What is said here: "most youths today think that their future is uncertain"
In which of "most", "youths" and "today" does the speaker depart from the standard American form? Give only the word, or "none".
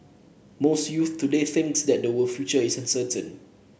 youths